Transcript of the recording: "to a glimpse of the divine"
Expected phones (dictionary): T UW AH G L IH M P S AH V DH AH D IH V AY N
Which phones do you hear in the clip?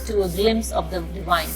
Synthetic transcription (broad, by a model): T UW AH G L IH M S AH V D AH D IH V AY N